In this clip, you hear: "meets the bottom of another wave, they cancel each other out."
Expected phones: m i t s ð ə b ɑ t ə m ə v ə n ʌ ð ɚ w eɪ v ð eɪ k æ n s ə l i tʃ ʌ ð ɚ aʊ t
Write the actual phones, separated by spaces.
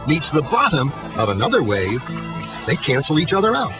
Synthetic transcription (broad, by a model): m i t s ð ə b ɑ t ə m ə v ə n ʌ ð ɚ w eɪ v ð eɪ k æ n s l i tʃ ʌ ð ɚ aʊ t